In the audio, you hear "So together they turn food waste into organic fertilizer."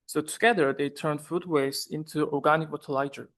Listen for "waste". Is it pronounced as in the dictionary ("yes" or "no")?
no